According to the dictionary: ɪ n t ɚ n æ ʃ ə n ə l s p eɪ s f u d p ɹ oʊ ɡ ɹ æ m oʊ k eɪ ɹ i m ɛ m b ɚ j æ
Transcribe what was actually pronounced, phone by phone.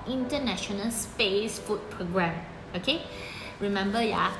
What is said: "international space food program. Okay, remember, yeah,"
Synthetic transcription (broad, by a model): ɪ n t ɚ n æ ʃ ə n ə l s p eɪ s f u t p ɹ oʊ ɡ ɹ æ m oʊ k eɪ ɹ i m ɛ m b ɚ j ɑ